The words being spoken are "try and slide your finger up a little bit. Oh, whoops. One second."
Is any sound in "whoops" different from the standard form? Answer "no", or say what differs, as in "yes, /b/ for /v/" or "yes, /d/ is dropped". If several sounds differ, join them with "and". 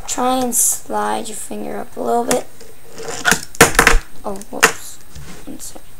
yes, /p/ is dropped